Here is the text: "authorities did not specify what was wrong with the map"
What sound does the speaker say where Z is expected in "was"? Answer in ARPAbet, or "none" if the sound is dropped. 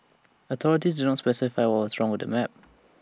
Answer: S